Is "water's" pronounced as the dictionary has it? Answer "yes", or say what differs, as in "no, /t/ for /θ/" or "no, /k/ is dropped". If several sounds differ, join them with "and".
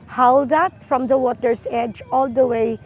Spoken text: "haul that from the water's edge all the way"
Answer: no, /s/ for /z/